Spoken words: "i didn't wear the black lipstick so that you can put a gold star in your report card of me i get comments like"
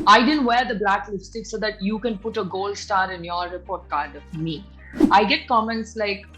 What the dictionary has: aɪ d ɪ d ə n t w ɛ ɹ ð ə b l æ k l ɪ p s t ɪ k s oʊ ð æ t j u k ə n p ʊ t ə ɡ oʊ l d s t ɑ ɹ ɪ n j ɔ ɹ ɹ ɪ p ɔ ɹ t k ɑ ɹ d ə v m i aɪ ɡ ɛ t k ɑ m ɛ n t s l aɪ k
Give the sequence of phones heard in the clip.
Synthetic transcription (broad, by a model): aɪ d ɪ d ə n t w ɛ ɹ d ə b l æ k l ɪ f s t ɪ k s oʊ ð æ t j u k ə n p ʊ t ə ɡ oʊ l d s t ɑ ɹ ɪ n j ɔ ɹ ɹ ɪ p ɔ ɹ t k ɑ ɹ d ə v m i aɪ ɡ ɛ t k ɑ m ɛ n t s l aɪ k